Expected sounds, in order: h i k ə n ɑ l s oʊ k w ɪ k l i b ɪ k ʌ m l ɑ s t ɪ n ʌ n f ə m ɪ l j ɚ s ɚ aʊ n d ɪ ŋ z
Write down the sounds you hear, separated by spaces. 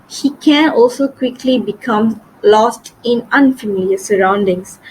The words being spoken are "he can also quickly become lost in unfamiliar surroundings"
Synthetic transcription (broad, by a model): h i k ə n ɑ l s oʊ k w ɪ k l i b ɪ k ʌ m l ɑ s t ɪ n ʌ n f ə m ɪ l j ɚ s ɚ aʊ n d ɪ ŋ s